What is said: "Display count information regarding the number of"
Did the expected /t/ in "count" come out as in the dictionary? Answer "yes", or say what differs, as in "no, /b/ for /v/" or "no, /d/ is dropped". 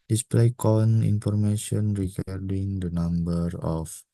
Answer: no, /t/ is dropped